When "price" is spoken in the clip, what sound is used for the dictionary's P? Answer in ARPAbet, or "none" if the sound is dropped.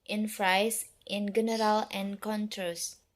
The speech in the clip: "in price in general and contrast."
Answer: F